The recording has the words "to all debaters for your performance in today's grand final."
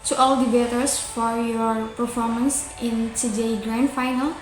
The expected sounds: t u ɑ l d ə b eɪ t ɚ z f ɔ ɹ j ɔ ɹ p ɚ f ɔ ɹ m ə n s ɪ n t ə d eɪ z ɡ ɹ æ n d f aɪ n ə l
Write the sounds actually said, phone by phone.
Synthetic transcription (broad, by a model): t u ɑ l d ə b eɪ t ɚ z f ɔ ɹ j ɔ ɹ p ɚ f ɔ ɹ m ə n s ɪ n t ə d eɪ ɡ ɹ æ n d f aɪ n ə l